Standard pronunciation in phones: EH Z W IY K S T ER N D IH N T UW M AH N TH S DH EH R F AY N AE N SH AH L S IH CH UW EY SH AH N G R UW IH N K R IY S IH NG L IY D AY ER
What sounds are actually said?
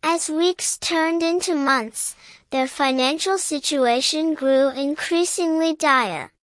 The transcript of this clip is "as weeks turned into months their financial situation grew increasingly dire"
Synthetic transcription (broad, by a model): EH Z W IY K S T ER N D IH N T UW M AH N TH S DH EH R F AY N AE N SH AH L S IH CH UW EY SH AH N G R UW IH N K R IY S IH NG L IY D AY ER